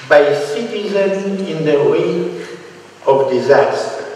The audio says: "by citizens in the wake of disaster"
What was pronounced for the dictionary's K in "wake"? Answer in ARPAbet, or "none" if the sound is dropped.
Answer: none